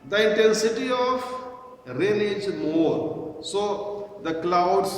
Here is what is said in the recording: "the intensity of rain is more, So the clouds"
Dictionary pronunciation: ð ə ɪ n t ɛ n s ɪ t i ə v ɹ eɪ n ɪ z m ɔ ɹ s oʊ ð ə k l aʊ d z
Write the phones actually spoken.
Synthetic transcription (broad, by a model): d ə ɪ n t ɛ n s ɪ t i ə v ɹ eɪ l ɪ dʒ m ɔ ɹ s oʊ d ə k l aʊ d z